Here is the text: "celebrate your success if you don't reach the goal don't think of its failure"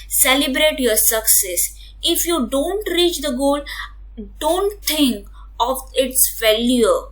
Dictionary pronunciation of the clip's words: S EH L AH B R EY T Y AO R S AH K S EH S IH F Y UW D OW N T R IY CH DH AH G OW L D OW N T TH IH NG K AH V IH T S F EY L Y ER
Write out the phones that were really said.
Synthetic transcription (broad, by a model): S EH L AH B R EY T Y AO R S AH K S EH S IH F Y UW D OW N T R IY CH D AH G OW L D OW N T T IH NG K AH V IH T S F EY L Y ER